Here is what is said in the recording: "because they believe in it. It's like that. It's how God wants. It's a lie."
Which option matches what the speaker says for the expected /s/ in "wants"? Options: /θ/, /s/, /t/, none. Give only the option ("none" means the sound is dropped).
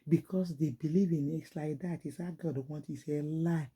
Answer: none